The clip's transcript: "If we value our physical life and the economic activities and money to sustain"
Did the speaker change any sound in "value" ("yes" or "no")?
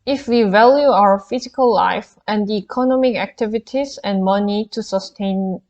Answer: no